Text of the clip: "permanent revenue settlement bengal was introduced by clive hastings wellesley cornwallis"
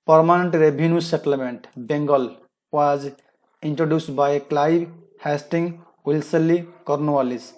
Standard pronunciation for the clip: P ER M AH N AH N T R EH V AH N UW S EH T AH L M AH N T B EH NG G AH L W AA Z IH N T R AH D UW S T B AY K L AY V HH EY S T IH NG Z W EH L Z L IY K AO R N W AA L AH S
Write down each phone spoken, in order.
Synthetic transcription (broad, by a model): P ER M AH N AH N T R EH B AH N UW S EH T AH L M AH N T B EH NG G AH L W AA Z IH N T R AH D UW S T B AY K L AY B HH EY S T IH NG W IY L S L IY K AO R N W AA L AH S